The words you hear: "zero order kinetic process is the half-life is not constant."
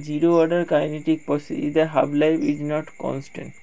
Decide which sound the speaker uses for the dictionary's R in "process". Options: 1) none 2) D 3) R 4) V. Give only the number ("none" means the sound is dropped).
1